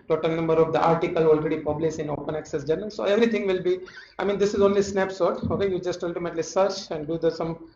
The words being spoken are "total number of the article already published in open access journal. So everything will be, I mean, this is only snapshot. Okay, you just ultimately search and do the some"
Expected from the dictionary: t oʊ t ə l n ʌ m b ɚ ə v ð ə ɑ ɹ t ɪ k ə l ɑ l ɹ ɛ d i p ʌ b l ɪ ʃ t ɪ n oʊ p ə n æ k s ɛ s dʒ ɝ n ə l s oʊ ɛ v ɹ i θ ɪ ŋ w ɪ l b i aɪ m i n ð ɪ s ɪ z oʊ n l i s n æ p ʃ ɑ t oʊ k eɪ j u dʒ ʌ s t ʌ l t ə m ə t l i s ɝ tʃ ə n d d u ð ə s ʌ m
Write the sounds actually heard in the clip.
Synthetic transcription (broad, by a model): t oʊ t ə l n ʌ m b ɚ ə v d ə ɑ ɹ t ɪ k ə l ɑ l ɹ ɛ d i p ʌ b l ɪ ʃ ɪ n oʊ p ə n æ k s ɛ s dʒ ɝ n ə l s oʊ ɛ v ɹ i t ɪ ŋ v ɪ l b i aɪ m i n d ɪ s ɪ z oʊ n l i s n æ p s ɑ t oʊ k eɪ j u dʒ ʌ s t ʌ l t ə m ə t l i s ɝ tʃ ə n d d u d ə s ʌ m